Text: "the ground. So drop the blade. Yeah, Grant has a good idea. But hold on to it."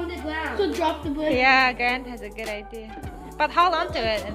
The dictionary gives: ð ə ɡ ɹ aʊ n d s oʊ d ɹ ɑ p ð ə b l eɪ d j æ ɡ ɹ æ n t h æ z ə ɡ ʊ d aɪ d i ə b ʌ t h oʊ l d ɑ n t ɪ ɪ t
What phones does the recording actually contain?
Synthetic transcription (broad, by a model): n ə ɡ aʊ s oʊ d ɹ ɑ p ð ə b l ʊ j æ ɡ ɹ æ n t h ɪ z ə ɡ ʊ d aɪ d i ə b ʌ t h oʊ l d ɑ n t ɪ ɪ t